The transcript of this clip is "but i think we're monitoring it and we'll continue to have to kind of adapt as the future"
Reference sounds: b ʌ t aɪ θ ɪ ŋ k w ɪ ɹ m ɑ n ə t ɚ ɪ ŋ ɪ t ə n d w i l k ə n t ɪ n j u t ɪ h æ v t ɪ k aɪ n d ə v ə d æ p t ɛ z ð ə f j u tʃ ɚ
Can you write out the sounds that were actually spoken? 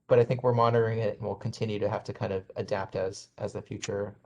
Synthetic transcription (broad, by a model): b ʌ t aɪ θ ɪ ŋ k w ɪ ɹ m ɑ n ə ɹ ɪ ŋ ɪ t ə n w i l k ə n t ɪ n j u t ɪ h æ f t ɪ k aɪ n d ə v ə d æ p t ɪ z ð ə f j u tʃ ɚ